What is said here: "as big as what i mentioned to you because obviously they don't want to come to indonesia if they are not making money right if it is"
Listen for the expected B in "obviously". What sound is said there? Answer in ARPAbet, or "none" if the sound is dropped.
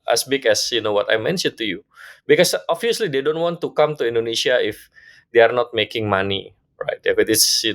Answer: none